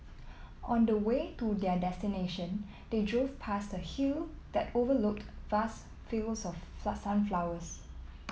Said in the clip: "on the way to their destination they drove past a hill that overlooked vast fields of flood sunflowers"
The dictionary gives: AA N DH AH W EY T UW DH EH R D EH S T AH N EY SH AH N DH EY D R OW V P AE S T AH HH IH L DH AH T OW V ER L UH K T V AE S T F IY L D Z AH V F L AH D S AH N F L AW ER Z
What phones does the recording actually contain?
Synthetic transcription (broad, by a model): AA N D AH W EY T UW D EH D EH S T AH N EY SH AH N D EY D R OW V P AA S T AH HH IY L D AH T OW V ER L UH K T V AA S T F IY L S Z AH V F AA S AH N F L AW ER S